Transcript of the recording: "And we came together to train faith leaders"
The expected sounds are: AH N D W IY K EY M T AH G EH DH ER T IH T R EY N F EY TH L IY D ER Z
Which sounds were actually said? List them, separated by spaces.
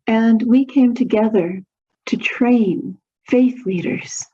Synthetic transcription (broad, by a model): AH N W IY K EY M T AH G EH DH ER T IH T R EY N F EY TH L IY D ER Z